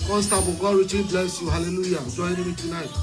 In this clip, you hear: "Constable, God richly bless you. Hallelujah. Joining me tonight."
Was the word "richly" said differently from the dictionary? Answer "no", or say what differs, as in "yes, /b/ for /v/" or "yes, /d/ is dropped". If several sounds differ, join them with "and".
yes, /l/ is dropped